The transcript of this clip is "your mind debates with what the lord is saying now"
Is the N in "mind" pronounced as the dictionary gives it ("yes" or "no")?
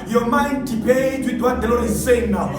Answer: yes